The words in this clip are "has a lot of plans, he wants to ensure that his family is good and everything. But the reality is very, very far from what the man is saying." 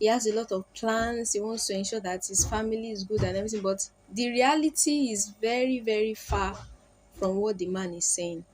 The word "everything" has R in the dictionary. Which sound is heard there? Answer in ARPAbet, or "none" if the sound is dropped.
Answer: none